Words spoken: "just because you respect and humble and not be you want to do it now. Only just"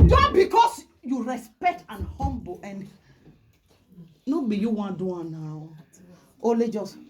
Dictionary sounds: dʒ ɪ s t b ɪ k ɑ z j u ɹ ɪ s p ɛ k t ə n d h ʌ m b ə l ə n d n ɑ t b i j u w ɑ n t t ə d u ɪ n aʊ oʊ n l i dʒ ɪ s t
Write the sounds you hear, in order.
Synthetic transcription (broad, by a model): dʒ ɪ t b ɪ k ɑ s j u ɹ ɪ s p ɛ k t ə n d h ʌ m b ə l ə n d n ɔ b i j u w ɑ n d u ɪ n aʊ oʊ l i dʒ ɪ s